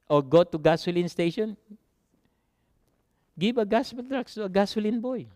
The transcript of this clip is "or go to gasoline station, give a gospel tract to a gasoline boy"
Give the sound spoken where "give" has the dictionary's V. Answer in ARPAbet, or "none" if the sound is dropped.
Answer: B